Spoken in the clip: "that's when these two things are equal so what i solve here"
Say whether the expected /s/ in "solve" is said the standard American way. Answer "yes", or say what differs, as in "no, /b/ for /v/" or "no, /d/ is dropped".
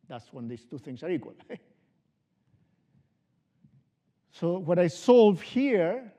yes